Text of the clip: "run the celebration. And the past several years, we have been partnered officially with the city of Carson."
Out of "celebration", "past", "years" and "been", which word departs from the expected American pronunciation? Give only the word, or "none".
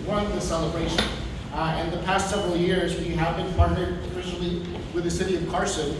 none